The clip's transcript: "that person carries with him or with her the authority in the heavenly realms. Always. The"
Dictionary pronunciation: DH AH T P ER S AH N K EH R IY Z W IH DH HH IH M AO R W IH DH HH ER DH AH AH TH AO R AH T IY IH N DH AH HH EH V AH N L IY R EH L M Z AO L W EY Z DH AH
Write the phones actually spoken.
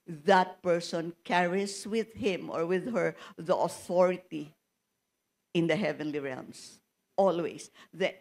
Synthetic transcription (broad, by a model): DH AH T P ER S AH N K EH R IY S W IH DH HH IH M AO R W IH DH HH ER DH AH AH TH AO R AH T IY IH N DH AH HH EH V AH N L IY R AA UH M S AO L W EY S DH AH